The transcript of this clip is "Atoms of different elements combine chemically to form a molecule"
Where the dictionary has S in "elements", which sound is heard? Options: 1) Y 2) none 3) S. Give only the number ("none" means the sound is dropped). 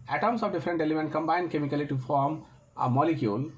2